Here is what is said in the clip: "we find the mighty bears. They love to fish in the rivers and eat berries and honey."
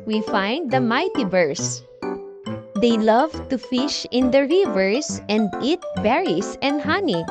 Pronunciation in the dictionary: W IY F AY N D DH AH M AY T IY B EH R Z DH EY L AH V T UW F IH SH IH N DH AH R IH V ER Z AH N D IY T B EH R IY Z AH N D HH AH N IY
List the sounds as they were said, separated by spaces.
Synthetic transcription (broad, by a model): W IY F AY N D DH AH M AY T IY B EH R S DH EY L AH V T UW F IH SH IH N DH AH R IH V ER S AH N D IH T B EH R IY S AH N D HH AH N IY